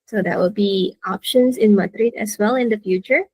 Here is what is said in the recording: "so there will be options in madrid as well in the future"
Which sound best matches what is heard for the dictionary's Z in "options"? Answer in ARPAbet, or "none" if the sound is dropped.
S